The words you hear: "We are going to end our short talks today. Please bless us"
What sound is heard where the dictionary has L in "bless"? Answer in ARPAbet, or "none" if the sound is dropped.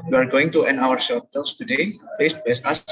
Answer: none